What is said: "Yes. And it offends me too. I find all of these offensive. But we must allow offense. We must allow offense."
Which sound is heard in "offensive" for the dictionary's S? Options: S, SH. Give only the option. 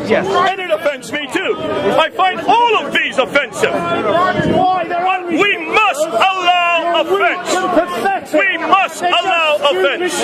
S